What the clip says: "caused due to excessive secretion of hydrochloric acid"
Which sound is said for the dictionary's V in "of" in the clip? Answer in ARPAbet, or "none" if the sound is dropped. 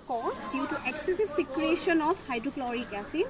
P